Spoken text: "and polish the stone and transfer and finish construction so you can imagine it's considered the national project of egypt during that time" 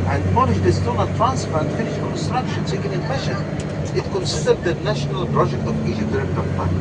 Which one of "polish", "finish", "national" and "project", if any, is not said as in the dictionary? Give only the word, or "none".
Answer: polish